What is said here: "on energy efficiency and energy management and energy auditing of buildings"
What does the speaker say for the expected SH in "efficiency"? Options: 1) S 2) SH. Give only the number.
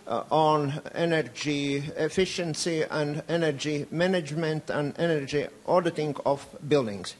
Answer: 2